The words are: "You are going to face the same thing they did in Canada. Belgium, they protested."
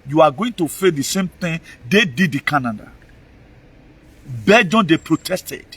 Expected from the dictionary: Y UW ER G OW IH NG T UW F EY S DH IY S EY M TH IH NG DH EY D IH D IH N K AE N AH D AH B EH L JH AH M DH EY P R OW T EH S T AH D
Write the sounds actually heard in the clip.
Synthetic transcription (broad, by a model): Y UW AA G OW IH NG T UW F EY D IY S EY M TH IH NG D EY D IH D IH K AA N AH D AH B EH JH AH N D EY P R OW T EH S T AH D